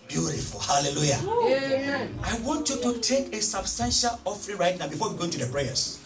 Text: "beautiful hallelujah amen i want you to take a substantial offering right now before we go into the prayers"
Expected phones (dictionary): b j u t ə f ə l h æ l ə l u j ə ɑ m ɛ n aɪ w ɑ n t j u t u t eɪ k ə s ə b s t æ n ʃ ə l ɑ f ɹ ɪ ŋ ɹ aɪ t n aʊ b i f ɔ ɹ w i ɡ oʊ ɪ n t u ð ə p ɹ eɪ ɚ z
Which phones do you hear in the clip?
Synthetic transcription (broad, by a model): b j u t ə f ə l h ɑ l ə l u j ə ɑ ɪ w ɑ n t j u t u t eɪ k ə s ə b s t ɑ n ʃ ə l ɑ f ɹ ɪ ɹ aɪ t n aʊ b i f ɔ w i ɡ oʊ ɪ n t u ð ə p ɹ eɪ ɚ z